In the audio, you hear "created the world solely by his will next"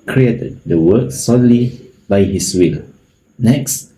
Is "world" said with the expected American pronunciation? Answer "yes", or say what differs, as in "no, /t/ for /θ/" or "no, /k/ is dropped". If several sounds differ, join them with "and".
no, /l/ is dropped